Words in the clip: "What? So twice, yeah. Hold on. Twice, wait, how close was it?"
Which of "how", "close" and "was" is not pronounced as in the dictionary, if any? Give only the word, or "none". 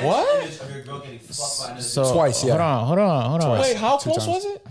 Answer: close